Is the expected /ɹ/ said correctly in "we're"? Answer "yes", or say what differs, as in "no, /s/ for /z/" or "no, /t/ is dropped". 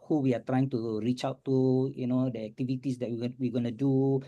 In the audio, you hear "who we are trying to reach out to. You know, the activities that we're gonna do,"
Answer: no, /w/ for /ɹ/